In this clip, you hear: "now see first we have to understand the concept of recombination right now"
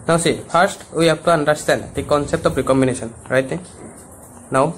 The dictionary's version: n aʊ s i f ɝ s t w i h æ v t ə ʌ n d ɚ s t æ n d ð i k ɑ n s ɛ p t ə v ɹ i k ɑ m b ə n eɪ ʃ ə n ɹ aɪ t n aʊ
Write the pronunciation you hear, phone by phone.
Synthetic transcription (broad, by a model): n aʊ s i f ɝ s t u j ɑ p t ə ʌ n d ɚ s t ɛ n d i k ɑ n s ɛ p t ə p ɹ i k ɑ m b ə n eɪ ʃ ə n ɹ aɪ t n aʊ